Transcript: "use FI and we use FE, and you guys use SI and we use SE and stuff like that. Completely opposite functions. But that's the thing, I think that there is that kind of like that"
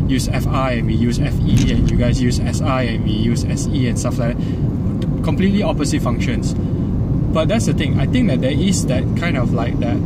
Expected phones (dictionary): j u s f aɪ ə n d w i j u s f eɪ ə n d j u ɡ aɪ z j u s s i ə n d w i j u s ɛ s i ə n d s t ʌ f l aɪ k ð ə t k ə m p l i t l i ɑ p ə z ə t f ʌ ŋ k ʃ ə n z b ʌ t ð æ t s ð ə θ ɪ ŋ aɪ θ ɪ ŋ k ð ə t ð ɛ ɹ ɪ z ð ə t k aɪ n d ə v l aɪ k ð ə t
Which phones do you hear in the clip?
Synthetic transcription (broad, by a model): j u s f aɪ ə n w i j u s f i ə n j u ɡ aɪ s j u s s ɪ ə n w i j u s ɛ s i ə n s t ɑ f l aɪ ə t k ə m p l i t l i ɑ p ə s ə t f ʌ ŋ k ʃ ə n s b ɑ t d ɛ t s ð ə t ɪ ŋ aɪ t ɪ ŋ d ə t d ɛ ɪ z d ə t k aɪ n d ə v l aɪ k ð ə t